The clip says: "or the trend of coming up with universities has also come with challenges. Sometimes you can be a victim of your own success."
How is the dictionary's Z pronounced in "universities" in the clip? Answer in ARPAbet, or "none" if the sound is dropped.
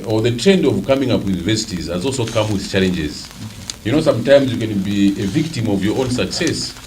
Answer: Z